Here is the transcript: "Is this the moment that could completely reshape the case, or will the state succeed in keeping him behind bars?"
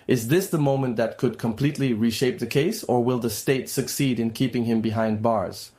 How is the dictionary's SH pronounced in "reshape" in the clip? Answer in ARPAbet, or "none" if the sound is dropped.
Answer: SH